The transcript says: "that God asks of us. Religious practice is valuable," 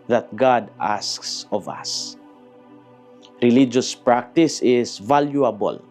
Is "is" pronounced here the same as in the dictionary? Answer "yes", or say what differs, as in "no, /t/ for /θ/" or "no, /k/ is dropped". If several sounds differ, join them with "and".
no, /s/ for /z/